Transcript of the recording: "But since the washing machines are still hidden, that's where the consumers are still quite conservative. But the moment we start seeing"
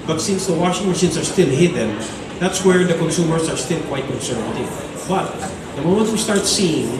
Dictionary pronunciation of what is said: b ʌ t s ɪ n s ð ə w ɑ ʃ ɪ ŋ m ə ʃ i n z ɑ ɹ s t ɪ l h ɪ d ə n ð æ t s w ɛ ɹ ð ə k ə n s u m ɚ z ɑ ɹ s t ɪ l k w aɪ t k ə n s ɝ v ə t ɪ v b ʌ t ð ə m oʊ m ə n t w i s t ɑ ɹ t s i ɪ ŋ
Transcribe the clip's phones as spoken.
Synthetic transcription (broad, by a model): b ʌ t s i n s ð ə w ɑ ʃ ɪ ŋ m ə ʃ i n s ɑ ɹ s t ɪ l h ɪ d ə n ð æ t s w ɛ ɹ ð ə k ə n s u m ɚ s ɑ ɹ s t ɪ l k w aɪ t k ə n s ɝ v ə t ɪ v b ʌ t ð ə m oʊ m ə n t w i s t ɑ ɹ t s i ɪ ŋ